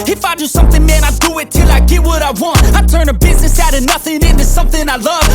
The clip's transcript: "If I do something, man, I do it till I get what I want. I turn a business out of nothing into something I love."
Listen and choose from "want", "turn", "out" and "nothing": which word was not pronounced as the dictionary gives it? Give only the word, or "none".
none